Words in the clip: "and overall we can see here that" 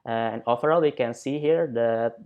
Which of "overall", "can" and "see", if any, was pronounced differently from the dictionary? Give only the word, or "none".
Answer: overall